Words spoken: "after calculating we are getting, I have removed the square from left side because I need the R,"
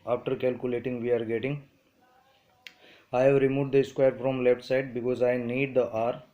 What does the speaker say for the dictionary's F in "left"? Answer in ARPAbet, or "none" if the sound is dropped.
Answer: P